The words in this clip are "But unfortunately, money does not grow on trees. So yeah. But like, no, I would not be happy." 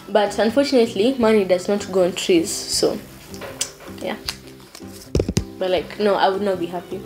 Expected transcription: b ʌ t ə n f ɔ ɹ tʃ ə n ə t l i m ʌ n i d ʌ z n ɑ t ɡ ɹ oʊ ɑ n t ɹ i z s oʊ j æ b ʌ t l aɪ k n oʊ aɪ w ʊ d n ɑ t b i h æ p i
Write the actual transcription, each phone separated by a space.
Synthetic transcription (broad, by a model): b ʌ t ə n f ɔ ɹ tʃ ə n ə t l i m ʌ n i d ʌ z n ɑ t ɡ oʊ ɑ n t ɹ i z s oʊ j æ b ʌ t l aɪ k n oʊ aɪ w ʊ d n ɑ t b i h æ p i